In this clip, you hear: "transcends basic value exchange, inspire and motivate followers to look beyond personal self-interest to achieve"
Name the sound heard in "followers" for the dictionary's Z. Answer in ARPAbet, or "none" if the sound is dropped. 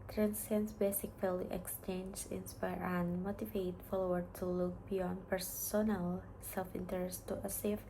none